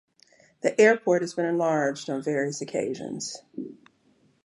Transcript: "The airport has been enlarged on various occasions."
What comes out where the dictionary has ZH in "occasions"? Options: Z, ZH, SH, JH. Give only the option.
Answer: ZH